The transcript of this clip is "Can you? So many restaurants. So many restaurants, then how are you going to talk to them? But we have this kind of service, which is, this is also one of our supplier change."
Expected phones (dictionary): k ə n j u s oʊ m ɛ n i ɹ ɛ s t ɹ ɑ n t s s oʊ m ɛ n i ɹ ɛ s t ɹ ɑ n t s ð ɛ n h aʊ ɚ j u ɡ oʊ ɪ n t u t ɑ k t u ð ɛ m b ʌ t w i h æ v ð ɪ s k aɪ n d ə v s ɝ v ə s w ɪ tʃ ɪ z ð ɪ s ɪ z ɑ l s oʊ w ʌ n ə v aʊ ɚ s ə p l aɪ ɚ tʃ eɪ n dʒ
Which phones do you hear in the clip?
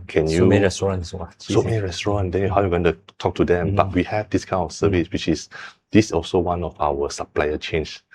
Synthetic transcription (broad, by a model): k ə n j u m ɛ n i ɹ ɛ s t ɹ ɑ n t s s oʊ m ɛ n i ɹ ɛ s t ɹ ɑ n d ɛ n h aʊ j u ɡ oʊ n t u t ɑ k t u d ɛ m b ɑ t w i h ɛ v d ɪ s k aɪ n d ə f s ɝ v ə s w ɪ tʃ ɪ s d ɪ s ɑ l s oʊ w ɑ n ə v aʊ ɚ s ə p l aɪ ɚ tʃ eɪ n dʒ